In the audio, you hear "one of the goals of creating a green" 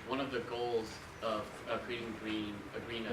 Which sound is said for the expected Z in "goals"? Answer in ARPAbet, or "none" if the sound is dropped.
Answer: Z